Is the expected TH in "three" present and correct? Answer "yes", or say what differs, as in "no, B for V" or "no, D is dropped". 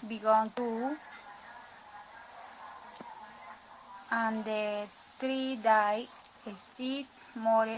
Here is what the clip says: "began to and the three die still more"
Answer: no, T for TH